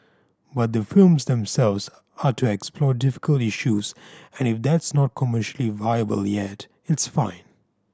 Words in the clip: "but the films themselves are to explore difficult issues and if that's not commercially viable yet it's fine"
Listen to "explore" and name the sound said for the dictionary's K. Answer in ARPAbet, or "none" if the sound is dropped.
K